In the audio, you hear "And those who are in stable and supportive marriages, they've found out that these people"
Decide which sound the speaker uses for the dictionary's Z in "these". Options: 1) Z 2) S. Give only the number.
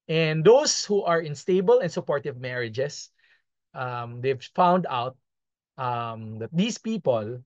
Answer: 2